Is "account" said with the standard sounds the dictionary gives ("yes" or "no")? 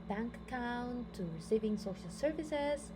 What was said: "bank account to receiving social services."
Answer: no